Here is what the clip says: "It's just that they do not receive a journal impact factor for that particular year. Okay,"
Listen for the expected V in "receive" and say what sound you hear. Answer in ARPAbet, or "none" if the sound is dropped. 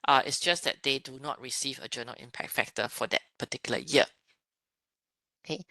V